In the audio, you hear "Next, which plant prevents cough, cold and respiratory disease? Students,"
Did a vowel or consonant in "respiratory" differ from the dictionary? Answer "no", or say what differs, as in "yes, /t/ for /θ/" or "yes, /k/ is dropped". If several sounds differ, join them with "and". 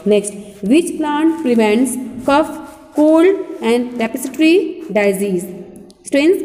yes, /s/ is dropped